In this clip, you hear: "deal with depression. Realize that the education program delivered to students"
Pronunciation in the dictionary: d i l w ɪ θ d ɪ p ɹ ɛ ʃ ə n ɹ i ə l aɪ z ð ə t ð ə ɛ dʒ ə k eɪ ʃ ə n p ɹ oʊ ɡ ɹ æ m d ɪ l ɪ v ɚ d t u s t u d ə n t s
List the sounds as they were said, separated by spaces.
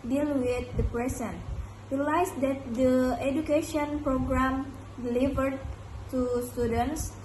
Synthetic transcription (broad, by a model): d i l w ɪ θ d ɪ p ɹ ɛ s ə n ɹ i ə l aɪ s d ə t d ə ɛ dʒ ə k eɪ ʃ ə n p ɹ oʊ ɡ ɹ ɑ m d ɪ l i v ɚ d t u s t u d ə n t s